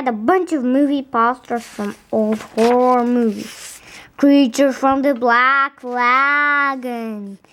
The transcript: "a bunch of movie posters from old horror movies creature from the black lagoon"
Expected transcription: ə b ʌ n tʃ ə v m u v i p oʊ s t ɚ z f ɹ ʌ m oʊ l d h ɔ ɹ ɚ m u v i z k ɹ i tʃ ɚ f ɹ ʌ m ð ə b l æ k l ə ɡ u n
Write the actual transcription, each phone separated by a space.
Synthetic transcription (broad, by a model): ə b ʌ n tʃ ə v m u v i p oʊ s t ɚ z f ɹ ʌ m oʊ l d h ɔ ɹ m u v i z k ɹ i tʃ ɚ f ɹ ʌ m ð ə b l æ k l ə ɡ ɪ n